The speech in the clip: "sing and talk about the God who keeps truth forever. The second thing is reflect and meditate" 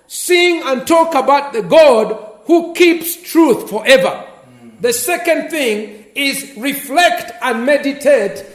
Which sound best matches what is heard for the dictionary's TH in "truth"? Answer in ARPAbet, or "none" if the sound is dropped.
TH